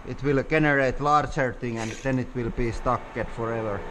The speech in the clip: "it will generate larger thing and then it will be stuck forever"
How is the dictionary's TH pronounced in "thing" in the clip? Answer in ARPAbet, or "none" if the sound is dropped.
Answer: T